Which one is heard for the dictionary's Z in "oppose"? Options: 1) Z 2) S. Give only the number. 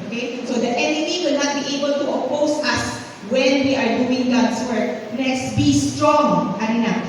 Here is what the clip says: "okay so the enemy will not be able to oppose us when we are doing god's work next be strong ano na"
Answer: 2